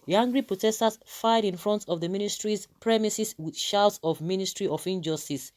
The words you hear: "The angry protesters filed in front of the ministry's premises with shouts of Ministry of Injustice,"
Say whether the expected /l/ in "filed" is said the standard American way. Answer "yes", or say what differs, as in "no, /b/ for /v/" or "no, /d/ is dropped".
no, /l/ is dropped